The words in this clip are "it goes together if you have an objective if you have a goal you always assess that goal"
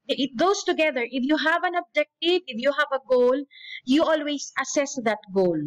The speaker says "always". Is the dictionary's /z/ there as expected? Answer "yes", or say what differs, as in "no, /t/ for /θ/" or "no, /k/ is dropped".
no, /s/ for /z/